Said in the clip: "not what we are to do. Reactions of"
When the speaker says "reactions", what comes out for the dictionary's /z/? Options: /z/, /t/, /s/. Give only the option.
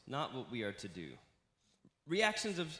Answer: /z/